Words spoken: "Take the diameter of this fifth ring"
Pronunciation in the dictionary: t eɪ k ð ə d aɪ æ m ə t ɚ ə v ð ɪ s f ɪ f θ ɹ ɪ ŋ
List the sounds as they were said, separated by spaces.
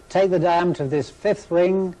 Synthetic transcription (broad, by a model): t eɪ k ð ə d aɪ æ m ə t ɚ ə v ð ɪ s f ɪ f θ ɹ ɪ ŋ